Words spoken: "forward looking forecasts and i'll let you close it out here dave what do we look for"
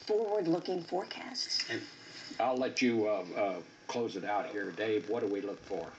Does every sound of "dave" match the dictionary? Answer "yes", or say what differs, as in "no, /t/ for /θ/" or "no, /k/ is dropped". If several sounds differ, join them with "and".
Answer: yes